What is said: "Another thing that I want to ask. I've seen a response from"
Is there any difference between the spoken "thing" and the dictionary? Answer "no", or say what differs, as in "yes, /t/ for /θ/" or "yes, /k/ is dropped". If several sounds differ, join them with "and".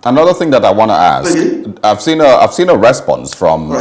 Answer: no